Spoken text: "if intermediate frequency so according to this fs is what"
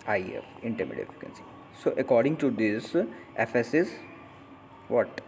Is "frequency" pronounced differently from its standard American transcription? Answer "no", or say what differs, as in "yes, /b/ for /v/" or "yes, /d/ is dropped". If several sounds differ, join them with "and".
yes, /ɹ/ is dropped